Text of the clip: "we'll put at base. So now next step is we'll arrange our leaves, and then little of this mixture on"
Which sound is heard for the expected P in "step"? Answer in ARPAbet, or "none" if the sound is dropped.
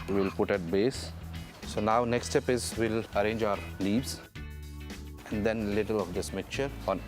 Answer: P